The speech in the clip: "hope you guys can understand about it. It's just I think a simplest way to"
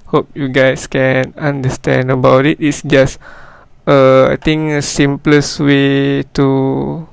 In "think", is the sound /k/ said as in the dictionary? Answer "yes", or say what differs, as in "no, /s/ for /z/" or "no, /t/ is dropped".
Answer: no, /k/ is dropped